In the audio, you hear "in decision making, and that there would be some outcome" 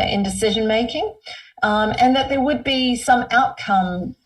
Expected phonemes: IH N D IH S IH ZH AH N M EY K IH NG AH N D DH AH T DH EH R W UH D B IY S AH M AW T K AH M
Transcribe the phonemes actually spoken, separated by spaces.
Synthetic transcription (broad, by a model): IH N D IH S IH ZH AH N M EY K IH NG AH N DH AH T DH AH R W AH D B IY S AH M AW T K AH M